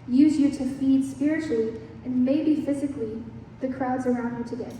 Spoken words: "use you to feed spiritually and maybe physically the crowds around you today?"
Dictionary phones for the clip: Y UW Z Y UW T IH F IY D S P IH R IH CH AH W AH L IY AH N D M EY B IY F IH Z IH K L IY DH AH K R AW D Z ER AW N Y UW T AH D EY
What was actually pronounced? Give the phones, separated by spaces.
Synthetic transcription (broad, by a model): Y UW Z Y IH T IH F IY D S P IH R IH CH L IY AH N M EY B IY F IH Z IH K L IY DH AH K R AW D Z ER AW N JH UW T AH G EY